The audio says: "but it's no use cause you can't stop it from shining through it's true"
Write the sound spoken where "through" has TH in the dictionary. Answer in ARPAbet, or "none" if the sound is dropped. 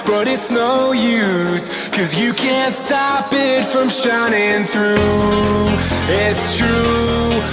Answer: TH